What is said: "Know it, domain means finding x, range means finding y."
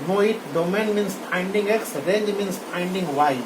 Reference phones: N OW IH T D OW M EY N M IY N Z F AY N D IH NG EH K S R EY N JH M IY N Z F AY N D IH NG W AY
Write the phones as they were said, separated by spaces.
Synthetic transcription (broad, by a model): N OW IH T D OW M EY N M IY N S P AY N D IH NG EH K S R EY JH M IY N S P AY N D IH NG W AY